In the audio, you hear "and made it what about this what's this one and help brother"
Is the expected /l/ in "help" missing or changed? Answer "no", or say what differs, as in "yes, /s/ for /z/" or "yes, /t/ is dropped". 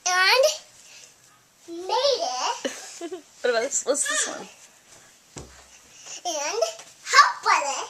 yes, /l/ is dropped